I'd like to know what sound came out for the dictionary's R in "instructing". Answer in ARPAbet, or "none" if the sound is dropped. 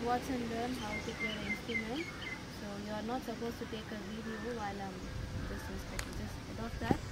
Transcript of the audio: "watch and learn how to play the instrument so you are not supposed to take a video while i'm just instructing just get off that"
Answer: none